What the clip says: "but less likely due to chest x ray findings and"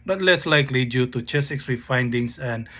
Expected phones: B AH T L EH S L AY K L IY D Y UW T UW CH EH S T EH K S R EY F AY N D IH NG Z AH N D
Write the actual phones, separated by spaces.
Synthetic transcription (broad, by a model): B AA T L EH S L AY K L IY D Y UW T UW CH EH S EH K S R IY F AY N D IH NG S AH N